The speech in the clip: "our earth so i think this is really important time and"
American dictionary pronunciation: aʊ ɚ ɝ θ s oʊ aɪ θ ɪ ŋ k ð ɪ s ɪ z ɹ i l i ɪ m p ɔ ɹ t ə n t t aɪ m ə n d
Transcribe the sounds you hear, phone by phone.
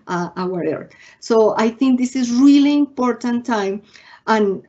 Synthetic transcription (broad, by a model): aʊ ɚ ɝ t s oʊ aɪ θ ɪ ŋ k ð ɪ s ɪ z ɹ i l i m p ɔ ɹ t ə n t t aɪ m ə n